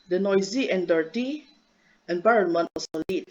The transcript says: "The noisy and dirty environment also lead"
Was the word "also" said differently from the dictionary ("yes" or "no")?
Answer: yes